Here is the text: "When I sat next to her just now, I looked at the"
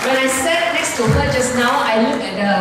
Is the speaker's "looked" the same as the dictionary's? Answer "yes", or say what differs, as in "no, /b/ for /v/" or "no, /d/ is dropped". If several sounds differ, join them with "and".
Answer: no, /t/ is dropped